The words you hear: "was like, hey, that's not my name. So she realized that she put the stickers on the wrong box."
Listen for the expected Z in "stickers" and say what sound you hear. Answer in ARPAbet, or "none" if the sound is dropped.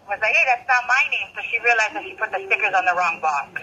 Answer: Z